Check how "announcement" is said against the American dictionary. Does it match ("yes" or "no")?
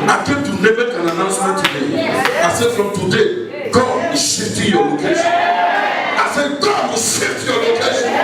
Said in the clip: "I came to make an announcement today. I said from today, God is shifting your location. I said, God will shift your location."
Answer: no